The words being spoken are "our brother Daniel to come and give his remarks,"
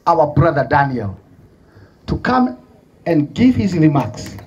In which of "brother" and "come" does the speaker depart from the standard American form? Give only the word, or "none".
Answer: none